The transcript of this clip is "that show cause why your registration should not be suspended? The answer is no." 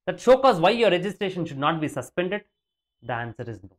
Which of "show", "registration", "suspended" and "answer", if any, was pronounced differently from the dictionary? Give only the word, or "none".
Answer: none